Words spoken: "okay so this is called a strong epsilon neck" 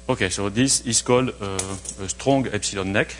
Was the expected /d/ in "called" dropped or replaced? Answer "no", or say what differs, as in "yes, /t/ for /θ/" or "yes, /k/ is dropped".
yes, /d/ is dropped